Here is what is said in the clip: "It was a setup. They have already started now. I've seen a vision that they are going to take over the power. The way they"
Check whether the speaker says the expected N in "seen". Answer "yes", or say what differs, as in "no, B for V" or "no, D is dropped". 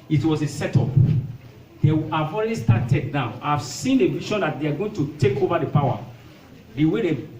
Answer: yes